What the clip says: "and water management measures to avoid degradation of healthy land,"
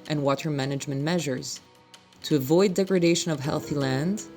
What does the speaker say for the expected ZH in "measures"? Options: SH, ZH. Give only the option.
ZH